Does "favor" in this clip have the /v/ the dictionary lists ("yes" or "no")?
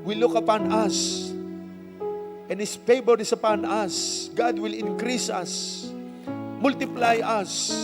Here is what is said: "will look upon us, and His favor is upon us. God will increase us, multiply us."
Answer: no